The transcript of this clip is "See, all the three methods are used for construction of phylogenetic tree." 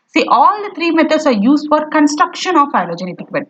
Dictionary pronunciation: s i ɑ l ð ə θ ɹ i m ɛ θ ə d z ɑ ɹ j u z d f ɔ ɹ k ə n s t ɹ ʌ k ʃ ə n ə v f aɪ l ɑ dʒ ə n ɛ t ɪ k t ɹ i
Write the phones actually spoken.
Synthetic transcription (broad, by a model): s i ɑ l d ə t ɹ i m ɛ t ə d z ɑ ɹ j u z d f ɔ ɹ k ə n s t ɹ ʌ k ʃ ə n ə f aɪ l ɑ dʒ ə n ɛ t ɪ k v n